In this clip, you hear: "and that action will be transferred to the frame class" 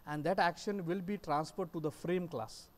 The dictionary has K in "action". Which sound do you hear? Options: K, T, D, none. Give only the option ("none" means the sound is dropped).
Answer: K